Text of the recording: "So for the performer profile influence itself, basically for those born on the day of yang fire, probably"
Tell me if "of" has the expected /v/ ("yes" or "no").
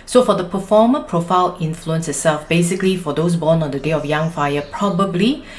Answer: no